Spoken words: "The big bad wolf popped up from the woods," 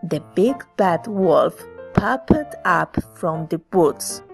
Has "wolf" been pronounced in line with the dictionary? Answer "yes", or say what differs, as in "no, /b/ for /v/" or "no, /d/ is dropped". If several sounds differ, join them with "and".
yes